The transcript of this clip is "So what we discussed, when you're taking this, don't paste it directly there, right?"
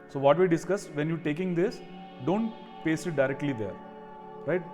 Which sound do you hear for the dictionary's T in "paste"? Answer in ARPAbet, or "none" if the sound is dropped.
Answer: none